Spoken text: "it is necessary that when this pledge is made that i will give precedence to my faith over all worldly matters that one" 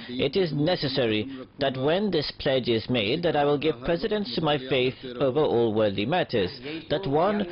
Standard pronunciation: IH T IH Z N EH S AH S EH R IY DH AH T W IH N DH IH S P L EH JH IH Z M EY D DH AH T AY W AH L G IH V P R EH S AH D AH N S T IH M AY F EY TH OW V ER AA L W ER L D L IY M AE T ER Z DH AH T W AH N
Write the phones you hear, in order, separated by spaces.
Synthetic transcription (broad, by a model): IH T IH Z N EH S AH S EH R IY DH AH T W IH N DH IH S P L EH JH IH Z M EY D DH AH T AY W AH L G IH V P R EH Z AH D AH N S T IH M AY F EY TH OW V ER AA L W ER D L IY M AE T ER Z DH AH T W AH N